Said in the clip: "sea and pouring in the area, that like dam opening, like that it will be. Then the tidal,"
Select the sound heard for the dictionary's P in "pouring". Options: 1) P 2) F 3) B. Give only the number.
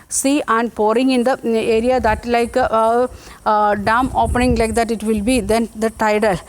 1